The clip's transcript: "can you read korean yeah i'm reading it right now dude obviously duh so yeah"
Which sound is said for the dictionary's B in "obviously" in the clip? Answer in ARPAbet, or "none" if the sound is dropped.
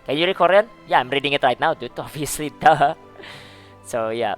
none